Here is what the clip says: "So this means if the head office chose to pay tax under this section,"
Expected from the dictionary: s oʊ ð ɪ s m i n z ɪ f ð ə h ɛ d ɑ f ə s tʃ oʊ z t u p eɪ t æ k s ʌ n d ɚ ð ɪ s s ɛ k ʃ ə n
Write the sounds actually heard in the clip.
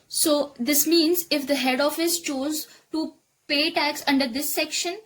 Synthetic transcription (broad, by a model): s oʊ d ɪ s m i n z ɪ f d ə h ɛ d ɑ f ə s tʃ oʊ z t u p eɪ t æ k s ʌ n d ɚ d ɪ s s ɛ k ʃ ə n